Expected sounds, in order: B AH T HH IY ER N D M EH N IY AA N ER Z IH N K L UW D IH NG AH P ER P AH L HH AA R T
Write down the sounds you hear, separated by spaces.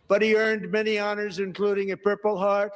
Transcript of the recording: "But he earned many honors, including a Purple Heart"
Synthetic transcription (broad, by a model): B AH T HH IY ER N D M EH N IY AA N ER Z IH N K L UW D IH NG AH P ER P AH L HH AA R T